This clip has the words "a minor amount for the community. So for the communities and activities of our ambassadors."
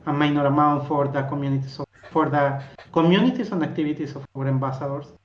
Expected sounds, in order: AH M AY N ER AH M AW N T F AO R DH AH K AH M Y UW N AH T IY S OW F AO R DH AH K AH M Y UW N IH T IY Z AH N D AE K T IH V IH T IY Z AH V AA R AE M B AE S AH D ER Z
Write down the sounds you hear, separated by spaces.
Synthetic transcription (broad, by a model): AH M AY N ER AH M AW N T F AO R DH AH K AH M Y UW N AH T IY S OW F AO R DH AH K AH M Y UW N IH T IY S AH N D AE K T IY B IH T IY S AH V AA R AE M B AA S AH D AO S